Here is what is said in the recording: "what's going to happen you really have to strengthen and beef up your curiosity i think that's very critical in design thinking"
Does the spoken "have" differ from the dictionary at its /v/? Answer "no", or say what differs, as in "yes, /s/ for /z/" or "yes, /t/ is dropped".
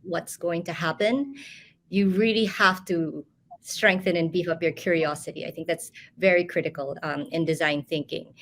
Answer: yes, /f/ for /v/